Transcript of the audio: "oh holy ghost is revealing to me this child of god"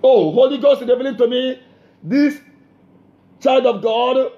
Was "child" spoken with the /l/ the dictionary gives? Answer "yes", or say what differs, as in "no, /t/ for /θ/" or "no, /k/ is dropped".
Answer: yes